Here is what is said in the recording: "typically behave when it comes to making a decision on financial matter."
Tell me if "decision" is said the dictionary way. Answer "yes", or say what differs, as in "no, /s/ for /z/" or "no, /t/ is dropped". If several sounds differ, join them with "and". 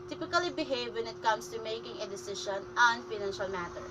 no, /ʃ/ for /ʒ/